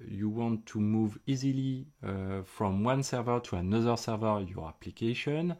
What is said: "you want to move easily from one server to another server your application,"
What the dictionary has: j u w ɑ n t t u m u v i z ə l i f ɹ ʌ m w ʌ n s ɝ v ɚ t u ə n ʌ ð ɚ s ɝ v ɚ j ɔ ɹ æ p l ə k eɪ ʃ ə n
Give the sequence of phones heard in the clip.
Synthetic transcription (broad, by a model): j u w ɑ n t t u m u v i z ə l i f ɹ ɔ m w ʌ n s ɝ v ɚ t u ə n ʌ ð ɚ s ɝ v ɚ j ɔ ɹ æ p l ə k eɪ ʃ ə n